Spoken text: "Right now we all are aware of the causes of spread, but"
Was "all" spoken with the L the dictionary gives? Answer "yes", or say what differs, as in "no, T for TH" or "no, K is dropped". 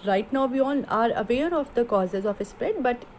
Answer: no, N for L